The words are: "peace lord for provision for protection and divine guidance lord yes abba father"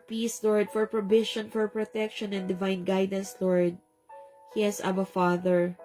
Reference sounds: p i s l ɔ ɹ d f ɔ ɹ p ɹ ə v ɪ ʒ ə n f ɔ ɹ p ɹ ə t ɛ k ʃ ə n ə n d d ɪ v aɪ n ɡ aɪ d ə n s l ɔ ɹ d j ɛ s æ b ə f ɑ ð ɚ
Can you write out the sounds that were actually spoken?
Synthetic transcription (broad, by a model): p i s l ɔ ɹ d f ɔ ɹ p ɹ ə b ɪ ʃ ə n f ɔ ɹ p ɹ ə t ɛ k ʃ ə n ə n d d ɪ v aɪ n ɡ aɪ d ə n s l ɔ ɹ d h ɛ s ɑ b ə f ɑ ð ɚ